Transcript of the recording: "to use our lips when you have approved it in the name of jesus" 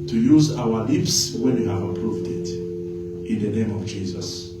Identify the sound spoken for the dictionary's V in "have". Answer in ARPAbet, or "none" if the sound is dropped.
V